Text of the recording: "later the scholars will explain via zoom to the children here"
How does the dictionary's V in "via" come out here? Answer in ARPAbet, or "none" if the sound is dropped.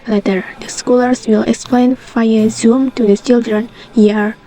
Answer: F